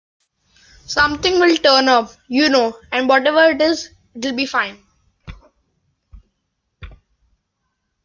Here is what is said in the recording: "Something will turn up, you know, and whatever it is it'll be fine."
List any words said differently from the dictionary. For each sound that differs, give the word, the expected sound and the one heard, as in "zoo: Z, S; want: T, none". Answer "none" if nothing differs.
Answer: something: TH, T